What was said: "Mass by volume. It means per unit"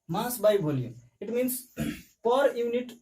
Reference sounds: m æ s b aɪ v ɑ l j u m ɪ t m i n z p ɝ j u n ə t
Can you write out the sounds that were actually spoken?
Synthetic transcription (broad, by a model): m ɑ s b aɪ b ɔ l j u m ɪ t m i n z p ɝ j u n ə t